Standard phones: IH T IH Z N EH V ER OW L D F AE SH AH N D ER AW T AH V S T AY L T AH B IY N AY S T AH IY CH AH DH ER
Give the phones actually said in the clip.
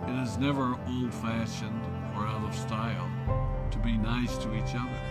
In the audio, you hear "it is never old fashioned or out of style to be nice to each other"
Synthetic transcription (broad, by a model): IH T IH Z N EH V ER OW L D F AE SH AH N D ER AW T AH V S T AY L T AH B IY N AY S T AH IY CH AH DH ER